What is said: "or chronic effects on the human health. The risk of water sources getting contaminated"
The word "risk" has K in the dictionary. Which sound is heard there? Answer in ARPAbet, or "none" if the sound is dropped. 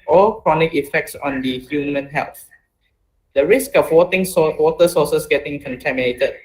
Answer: K